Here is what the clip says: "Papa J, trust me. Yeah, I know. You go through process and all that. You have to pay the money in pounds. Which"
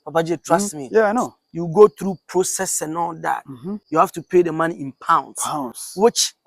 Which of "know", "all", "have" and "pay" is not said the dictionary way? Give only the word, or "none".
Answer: have